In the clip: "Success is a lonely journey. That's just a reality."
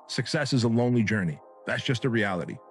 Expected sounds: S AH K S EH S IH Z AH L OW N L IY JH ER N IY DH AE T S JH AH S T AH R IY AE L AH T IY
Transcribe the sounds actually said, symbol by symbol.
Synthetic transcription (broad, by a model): S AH K S EH S IH Z AH L OW N L IY JH ER N IY DH AE T S JH AH S T AH R IY AE L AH T IY